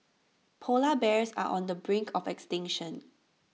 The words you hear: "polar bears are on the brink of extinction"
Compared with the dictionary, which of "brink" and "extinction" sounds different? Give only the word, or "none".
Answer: none